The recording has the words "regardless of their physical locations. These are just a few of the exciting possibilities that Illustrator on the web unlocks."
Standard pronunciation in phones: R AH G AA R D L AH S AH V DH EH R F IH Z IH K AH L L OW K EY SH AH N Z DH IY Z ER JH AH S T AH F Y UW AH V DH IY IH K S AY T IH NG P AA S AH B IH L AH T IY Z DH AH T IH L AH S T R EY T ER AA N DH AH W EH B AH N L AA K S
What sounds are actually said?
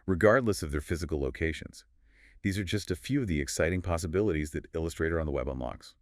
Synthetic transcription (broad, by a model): R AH G AA R D L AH S AH V DH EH R F IH Z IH K L L OW K EY SH AH N Z DH IY Z ER JH AH S T AH F Y UW AH V DH IY IH K S AY T IH NG P AA S AH B IH L AH T IY Z DH AH T IH L AH S T R EY T ER N DH AH W EH B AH N L AA K S